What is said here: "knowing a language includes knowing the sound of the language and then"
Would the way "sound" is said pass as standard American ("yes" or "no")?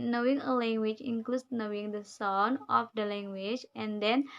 no